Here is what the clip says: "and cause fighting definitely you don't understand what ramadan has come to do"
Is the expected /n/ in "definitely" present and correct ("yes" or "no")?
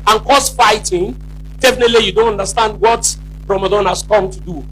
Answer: yes